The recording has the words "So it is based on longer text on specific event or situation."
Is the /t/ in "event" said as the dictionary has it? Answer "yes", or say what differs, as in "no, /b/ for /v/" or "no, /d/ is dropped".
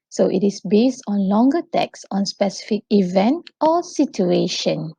yes